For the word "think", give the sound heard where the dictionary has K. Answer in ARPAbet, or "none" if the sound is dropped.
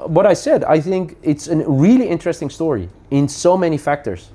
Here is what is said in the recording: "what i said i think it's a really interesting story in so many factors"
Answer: K